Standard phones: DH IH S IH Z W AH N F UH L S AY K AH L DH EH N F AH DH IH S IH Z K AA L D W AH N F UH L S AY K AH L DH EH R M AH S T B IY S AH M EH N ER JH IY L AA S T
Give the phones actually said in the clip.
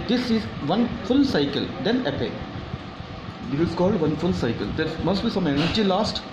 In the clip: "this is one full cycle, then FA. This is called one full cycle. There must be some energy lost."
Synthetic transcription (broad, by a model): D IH S IH Z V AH N F UH L S AY K AH L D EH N P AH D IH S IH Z K AA L D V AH N F UH L S AY K AH L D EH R M AH S T B IY S AH M EH N ER JH IY L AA S T